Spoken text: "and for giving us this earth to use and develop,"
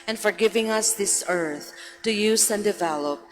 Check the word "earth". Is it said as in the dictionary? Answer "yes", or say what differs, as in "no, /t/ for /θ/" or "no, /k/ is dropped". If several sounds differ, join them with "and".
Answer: yes